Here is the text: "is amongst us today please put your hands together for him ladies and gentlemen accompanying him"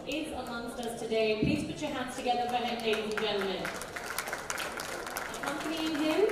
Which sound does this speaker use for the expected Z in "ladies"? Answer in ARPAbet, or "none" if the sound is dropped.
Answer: none